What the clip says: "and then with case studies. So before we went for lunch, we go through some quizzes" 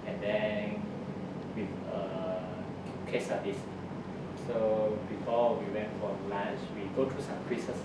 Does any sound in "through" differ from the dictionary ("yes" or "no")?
yes